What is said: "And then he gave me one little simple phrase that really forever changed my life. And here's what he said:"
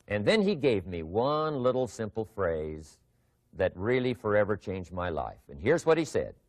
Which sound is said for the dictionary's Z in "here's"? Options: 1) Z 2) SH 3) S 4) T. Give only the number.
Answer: 1